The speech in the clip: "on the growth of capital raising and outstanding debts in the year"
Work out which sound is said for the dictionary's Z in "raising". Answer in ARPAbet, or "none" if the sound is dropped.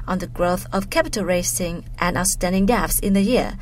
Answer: S